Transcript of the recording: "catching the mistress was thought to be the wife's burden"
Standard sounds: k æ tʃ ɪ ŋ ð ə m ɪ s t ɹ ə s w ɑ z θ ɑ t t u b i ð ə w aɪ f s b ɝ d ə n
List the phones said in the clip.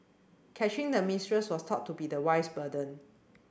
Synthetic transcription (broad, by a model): k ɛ tʃ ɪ ŋ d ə m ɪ s t ɹ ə s w ɑ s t ɑ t t u b i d ə w aɪ s b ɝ d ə n